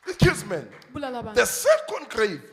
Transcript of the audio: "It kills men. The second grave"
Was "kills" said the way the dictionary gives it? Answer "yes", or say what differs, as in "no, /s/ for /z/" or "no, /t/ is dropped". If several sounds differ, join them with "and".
no, /l/ is dropped